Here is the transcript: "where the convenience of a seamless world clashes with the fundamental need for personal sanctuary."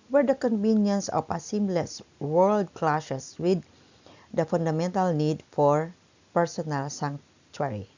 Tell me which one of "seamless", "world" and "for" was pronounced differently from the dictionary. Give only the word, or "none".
none